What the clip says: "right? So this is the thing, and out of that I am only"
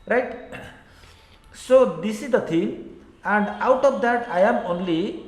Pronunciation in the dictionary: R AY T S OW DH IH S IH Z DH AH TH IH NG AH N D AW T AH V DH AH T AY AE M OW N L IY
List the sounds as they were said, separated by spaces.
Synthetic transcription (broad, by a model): R AY T S OW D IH S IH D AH T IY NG AH N D AW T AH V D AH T AY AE M OW N L IY